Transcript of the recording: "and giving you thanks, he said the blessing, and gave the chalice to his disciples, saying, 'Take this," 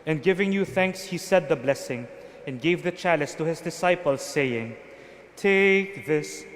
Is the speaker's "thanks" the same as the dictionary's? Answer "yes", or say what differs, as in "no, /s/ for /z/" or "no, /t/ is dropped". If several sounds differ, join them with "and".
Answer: yes